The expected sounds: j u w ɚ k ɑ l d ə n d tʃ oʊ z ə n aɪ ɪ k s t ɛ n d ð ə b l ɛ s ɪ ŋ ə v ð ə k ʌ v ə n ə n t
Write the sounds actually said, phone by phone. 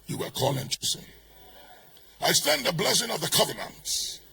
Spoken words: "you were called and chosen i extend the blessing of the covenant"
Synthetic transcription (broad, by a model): j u w ɚ k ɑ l ə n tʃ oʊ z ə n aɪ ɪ s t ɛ n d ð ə b l ɛ s ɪ ŋ ə v ð ə k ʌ v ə n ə n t